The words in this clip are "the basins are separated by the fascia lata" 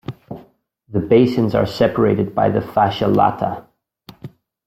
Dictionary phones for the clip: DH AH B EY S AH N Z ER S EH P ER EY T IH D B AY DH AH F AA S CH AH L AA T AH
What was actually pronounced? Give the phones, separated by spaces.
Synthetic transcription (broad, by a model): DH AH B EY S AH N Z ER S EH P ER EY T IH D B AY DH AH F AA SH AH L AA T AH